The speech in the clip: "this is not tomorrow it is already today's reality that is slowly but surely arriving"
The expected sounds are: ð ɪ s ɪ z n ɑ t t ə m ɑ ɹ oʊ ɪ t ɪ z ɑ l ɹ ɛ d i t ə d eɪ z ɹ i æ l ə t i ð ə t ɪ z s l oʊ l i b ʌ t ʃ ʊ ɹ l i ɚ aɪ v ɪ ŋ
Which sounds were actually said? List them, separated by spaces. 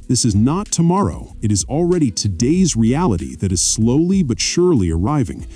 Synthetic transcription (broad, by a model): ð ɪ s ɪ z n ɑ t t ə m ɑ ɹ oʊ ɪ t ɪ z l ɹ ɛ d i t ə d eɪ z ɹ i æ l ə t i ð ə t ɪ z s l oʊ l i b ʌ t ʃ ʊ ɹ l i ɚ aɪ v ɪ ŋ